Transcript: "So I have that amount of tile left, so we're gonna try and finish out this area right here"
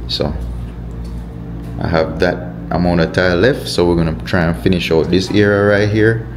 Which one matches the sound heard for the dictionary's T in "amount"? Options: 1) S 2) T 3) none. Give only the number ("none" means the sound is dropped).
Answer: 3